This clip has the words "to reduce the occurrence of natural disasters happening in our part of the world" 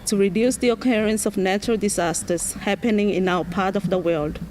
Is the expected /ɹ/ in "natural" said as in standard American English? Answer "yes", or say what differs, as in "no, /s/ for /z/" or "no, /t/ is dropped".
yes